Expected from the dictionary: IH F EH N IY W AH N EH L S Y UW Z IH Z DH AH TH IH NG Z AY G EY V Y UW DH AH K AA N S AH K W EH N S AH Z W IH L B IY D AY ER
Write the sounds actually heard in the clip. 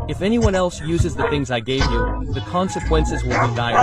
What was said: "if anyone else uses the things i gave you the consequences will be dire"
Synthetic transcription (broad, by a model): IH F EH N IY W AH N EH L S Y UW Z IH Z DH AH TH IH NG Z AY G EY V Y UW DH AH K AA N S AH K W EH N S AH Z W IH L B IY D AY